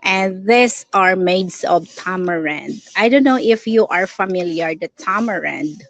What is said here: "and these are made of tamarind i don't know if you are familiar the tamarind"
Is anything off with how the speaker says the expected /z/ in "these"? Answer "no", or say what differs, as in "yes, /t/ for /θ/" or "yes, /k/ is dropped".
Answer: yes, /s/ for /z/